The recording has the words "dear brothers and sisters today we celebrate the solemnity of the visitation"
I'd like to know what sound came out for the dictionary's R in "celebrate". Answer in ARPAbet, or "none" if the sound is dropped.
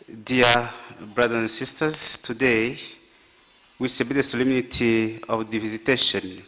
none